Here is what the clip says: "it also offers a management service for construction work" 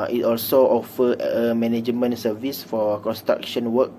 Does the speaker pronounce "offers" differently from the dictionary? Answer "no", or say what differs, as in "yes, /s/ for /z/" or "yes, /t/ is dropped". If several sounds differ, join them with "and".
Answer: yes, /z/ is dropped